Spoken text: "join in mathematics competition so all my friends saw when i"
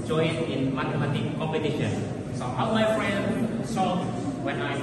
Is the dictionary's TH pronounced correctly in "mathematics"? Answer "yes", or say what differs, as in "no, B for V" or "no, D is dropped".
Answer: no, T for TH